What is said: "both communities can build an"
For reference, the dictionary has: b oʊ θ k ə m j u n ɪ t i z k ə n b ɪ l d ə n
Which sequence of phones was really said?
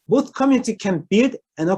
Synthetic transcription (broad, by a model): b oʊ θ k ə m j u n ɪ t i k ə n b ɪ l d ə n